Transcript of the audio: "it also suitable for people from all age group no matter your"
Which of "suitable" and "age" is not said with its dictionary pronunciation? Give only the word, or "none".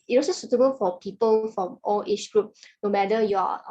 age